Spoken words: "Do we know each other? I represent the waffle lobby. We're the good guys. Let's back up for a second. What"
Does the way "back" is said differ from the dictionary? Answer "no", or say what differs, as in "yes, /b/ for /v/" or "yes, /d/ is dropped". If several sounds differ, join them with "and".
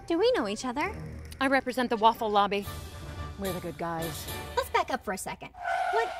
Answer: no